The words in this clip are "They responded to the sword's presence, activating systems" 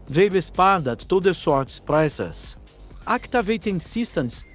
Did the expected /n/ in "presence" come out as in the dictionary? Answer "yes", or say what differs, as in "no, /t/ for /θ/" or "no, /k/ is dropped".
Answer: no, /n/ is dropped